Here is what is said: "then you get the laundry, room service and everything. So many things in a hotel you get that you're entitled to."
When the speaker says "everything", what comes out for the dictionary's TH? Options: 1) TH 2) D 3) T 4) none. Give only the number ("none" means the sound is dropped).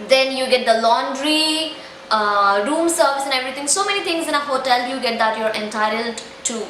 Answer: 3